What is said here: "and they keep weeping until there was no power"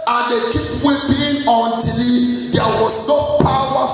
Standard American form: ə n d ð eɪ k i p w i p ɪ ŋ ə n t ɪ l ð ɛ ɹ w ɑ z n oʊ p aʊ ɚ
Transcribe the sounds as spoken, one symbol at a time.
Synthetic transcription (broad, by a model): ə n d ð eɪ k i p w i b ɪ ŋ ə n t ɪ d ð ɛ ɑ w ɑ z n oʊ p aʊ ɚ